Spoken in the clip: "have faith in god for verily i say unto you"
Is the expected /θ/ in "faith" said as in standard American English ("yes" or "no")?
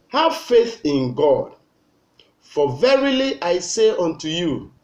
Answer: yes